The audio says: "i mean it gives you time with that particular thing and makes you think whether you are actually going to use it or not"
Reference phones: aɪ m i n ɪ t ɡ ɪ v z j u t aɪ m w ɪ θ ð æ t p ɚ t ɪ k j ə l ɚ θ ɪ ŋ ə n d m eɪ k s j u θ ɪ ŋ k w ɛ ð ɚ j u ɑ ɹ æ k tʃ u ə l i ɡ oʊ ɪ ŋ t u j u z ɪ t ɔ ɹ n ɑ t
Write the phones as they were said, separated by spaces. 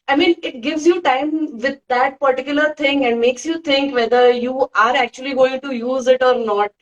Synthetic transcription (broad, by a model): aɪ m i n ɪ t ɡ ɪ v z j u t aɪ m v ɪ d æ t p ɚ t ɪ k j ə l ɚ t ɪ ŋ ə n d m eɪ k s j u t ɪ ŋ k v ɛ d ɚ j u ɑ ɹ æ k tʃ u ə l i ɡ oʊ ɪ ŋ t u j u z ɪ t ɔ ɹ n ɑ t